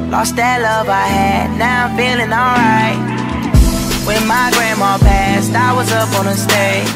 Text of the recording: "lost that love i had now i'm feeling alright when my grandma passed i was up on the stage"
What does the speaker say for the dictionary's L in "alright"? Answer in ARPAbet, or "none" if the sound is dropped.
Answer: L